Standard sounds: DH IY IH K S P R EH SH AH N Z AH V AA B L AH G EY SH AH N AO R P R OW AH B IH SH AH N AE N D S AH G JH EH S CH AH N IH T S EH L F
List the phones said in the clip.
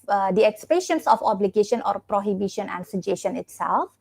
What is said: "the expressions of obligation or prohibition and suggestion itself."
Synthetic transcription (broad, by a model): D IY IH K S P EH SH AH N S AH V AA B L AH G EY SH AH N AO R P R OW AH B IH SH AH N AE N D S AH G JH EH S SH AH N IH T S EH L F